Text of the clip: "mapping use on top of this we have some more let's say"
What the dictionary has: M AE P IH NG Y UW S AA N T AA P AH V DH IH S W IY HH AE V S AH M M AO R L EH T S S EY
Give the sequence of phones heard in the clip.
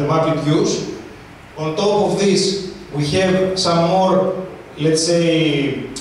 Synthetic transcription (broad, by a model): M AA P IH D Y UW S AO N T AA P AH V DH IH S W IY HH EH V S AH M M AO R L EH T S S EY